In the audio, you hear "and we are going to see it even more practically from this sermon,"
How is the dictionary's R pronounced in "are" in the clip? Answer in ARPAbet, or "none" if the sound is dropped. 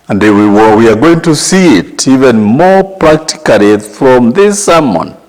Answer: W